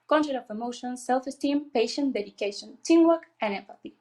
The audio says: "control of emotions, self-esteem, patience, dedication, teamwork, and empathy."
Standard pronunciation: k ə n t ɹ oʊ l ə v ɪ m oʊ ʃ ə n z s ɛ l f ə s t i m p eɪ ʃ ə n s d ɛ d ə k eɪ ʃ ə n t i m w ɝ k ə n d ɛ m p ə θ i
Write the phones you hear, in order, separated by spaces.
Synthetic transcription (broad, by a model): k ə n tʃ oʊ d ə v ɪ m oʊ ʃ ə n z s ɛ l f ə s t i m p eɪ ʃ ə n d ɛ d ə k eɪ ʃ ə n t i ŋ w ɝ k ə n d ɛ m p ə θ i